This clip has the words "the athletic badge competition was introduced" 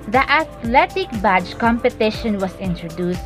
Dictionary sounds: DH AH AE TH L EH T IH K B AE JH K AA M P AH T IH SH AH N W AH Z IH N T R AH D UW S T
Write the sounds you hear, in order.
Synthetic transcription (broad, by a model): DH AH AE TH L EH T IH K B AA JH K AA M P AH T IH SH AH N W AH S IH N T R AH D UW S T